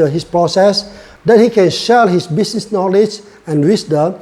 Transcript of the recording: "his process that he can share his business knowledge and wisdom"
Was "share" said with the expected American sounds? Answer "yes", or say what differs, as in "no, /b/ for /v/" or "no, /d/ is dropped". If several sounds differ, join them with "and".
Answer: no, /l/ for /ɹ/